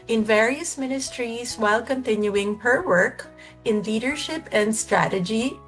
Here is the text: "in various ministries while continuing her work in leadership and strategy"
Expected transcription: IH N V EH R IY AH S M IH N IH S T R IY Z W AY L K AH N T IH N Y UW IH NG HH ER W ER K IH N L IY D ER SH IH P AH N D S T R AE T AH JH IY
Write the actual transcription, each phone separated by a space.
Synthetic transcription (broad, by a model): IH N V EH R IY AH S M IH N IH S T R IY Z W AY L K AH N T IH N Y UW IH NG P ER W ER K IH N L IY D ER SH IH P AH N D S T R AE T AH JH IY